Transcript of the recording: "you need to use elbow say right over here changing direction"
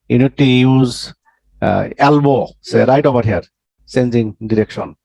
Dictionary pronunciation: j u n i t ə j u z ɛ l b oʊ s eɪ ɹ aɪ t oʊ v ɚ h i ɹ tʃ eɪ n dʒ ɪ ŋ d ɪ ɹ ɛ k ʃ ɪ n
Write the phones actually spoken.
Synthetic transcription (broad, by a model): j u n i t ə j u z ɛ l b oʊ s eɪ ɹ aɪ t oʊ b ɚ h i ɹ s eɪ n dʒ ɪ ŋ d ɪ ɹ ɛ k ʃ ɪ n